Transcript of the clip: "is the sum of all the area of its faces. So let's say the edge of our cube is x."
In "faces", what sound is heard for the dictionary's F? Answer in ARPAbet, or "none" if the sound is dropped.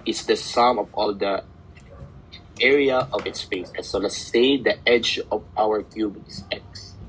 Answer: P